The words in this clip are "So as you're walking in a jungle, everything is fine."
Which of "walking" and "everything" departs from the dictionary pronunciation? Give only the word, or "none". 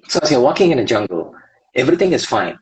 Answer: none